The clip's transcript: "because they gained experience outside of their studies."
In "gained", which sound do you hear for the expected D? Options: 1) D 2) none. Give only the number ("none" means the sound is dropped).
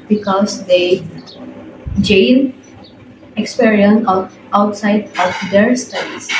2